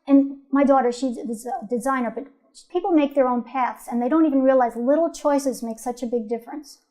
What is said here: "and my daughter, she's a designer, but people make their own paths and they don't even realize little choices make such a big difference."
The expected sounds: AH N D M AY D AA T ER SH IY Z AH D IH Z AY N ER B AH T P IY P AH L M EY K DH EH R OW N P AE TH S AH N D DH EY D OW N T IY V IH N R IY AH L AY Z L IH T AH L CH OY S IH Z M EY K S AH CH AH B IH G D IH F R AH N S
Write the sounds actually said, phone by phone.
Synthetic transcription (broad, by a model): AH N M AY D AA T ER SH IY Z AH D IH Z AY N ER B AH T P IY P L M EY K DH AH R OW N P AE TH S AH N DH EY D OW N T IY V IH N R IY AH L AY Z L IH T L CH OY S IH Z M EY K S AH CH AH B IH G D IH F R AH N S